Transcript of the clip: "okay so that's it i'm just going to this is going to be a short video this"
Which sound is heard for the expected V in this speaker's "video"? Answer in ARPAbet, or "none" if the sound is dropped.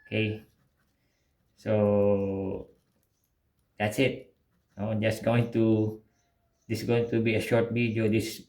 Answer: B